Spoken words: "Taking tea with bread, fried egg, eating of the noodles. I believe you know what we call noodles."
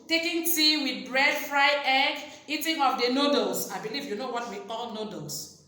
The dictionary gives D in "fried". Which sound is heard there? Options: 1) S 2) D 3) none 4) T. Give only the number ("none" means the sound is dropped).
3